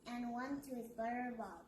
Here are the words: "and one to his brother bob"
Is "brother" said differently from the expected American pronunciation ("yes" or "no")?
yes